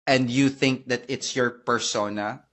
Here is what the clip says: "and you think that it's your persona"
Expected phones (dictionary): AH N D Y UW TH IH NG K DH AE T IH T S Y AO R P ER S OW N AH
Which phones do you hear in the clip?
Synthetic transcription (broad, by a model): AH N D Y UW TH IH NG K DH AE T IH T S Y AO R P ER S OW N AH